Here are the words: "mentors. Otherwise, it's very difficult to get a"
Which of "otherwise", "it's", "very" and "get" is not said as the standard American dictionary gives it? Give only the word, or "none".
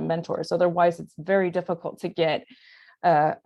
none